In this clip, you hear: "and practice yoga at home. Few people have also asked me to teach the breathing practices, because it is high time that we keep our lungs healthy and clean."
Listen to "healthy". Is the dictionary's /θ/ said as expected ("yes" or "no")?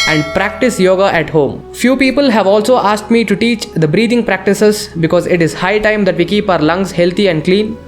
no